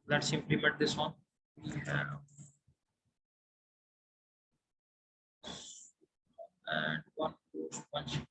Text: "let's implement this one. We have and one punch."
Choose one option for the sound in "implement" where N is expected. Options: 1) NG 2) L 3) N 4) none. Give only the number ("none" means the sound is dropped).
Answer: 4